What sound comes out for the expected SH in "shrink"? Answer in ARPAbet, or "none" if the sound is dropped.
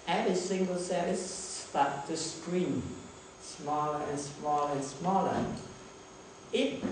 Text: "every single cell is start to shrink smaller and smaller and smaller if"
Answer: S